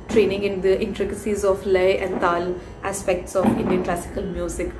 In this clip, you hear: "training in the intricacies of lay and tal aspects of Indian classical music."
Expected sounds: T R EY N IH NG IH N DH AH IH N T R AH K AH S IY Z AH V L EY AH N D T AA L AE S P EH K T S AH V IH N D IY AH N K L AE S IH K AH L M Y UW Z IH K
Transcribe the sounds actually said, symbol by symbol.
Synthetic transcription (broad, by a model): T R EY N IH NG IH N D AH IH N T R AH K AH S IY Z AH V L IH AH N D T AA L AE S P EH K T S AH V IH N D IY AH N K L AE S IH K AH L M Y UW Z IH K